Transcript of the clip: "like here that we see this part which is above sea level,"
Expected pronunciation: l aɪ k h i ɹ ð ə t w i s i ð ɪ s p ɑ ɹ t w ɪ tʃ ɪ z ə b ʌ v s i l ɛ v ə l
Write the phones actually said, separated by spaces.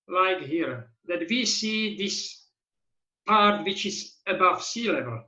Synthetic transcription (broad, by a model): l aɪ k h i ɹ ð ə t w i s i ð ɪ s p ɑ ɹ t w ɪ tʃ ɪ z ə b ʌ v s i l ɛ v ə l